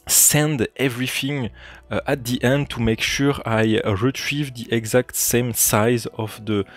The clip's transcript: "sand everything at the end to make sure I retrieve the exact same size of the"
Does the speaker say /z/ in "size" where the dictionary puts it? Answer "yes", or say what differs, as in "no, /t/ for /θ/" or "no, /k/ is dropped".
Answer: yes